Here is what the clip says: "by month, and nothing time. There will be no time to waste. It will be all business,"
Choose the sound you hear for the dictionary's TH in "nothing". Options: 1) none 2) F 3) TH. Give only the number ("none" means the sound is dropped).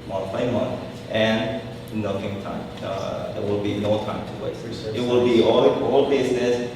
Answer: 2